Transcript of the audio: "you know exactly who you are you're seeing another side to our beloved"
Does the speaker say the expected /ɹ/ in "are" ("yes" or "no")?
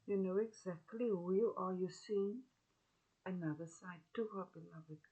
no